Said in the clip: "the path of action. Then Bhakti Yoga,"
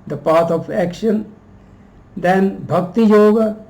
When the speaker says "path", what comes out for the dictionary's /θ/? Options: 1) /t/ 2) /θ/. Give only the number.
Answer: 1